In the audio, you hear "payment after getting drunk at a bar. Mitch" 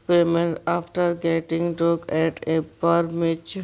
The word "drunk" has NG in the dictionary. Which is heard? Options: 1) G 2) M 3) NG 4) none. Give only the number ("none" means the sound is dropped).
4